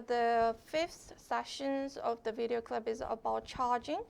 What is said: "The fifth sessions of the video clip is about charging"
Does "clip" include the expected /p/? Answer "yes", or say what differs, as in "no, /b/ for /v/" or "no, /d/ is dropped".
no, /b/ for /p/